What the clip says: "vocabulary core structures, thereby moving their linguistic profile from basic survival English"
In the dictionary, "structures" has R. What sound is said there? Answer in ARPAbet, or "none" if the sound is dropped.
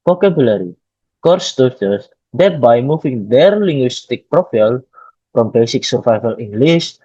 none